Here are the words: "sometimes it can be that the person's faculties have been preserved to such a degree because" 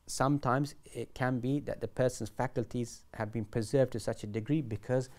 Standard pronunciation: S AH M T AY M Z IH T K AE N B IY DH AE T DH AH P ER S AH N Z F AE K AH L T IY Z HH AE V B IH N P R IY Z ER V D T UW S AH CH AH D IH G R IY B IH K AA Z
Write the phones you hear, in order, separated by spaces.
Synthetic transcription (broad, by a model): S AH M T AY M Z IH T K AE N B IY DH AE T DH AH P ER S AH N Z F AE K AH L T IY Z HH AE V B IH N P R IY Z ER V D T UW S AH CH AH D IH G R IY B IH K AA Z